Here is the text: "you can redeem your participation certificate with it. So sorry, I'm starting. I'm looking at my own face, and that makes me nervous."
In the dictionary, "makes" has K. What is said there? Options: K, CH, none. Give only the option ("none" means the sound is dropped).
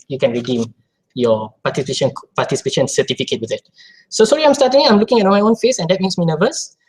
none